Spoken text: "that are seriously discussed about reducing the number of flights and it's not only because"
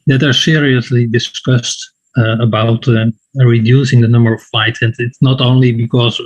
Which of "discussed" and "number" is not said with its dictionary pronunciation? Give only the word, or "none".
none